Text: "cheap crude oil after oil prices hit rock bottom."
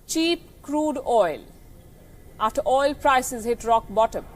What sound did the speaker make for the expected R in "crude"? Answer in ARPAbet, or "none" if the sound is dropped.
R